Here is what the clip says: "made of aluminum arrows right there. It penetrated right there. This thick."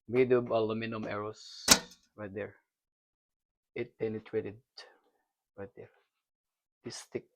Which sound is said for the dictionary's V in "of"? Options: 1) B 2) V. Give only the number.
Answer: 1